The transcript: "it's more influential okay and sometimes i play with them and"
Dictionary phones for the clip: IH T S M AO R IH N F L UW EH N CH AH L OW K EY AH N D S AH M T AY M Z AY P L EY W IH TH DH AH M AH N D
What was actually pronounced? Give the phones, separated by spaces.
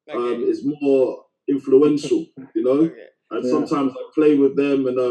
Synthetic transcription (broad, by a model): IH T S M AO R IH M F L UW EH N SH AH L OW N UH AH N S AH M T AY M Z AY P L EY W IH DH AH M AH N